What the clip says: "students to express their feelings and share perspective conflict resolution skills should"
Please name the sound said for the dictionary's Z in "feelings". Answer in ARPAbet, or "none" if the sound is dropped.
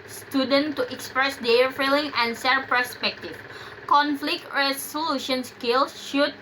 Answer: none